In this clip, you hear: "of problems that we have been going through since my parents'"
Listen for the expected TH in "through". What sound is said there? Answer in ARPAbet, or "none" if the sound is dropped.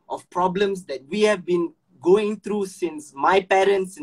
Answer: T